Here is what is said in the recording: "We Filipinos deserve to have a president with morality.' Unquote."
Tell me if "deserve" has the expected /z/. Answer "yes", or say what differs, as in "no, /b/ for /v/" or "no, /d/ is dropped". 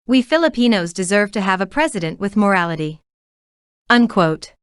yes